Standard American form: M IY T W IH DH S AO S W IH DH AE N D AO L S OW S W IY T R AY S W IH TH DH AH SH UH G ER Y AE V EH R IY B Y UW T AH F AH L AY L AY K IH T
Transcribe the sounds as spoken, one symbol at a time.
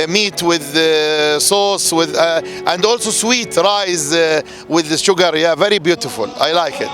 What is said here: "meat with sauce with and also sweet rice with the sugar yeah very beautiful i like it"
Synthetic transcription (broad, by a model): M IY T W IH DH S AO S W IH DH AE N D AO L S OW S W IY T R AY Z W IH DH SH UH G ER Y AE V EH R IY B Y UW T AH F AH L AY L AY K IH T